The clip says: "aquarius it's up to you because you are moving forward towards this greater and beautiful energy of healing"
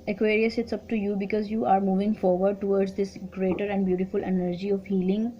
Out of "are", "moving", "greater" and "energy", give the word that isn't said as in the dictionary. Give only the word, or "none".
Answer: none